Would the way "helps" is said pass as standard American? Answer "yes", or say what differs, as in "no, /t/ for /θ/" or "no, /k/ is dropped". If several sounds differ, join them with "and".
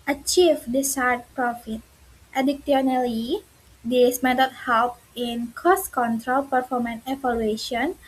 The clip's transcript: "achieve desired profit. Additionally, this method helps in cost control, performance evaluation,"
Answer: no, /s/ is dropped